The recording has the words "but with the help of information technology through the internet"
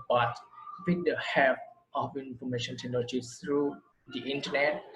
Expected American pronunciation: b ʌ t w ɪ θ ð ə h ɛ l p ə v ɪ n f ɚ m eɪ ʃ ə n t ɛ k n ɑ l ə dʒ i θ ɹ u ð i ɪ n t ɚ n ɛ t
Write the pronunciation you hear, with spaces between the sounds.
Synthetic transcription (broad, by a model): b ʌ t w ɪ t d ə h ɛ p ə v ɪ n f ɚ m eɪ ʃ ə n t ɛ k n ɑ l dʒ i s ɹ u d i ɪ n t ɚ n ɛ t